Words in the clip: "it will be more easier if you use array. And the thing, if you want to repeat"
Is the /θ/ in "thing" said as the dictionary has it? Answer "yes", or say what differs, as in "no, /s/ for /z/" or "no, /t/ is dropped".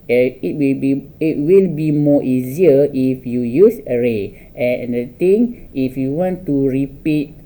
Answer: no, /t/ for /θ/